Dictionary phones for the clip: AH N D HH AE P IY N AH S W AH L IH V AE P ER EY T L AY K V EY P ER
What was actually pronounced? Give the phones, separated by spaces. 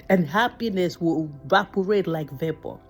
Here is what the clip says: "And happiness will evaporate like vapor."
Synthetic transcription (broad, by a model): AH N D HH AE P IY N AH S W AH IH V AE P ER EY T L AY K V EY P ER